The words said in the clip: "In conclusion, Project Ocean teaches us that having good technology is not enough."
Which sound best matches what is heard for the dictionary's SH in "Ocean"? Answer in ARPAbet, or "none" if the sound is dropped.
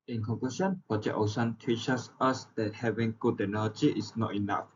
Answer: S